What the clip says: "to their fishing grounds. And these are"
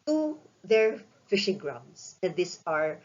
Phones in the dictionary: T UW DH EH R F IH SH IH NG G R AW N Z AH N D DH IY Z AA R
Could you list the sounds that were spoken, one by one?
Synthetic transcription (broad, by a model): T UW DH EH R F IH SH IH NG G R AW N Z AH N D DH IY S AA R